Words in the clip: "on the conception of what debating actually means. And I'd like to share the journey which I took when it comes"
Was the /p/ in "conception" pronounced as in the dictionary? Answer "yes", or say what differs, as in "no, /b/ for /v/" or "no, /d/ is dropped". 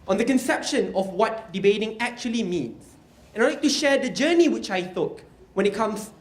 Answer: yes